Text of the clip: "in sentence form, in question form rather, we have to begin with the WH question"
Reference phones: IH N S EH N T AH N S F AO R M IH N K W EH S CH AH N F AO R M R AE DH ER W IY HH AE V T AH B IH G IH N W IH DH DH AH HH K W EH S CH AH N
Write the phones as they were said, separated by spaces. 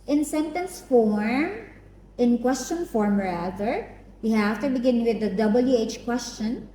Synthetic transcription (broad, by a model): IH N S EH N T AH N S F AO R M IH N K W EH S CH AH N F AO R M R AE DH ER W IY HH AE F T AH B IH G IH N W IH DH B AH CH K W EH S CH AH N